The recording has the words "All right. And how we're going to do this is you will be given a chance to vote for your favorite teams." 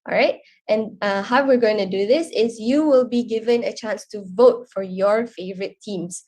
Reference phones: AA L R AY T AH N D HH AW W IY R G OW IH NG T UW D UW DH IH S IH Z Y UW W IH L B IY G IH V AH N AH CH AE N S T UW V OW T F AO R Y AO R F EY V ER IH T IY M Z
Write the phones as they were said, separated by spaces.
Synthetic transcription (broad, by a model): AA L R AY T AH N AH HH AW W IY R G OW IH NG T UW D UW DH IH S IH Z Y UW W IH L B IY G IH V AH N AH CH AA N S T UW V OW T F AO R Y AO R F EY V ER IH T IY M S